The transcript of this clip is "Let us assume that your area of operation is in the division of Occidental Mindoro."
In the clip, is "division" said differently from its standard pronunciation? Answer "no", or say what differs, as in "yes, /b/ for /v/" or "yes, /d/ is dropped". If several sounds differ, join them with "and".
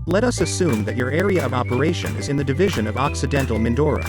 no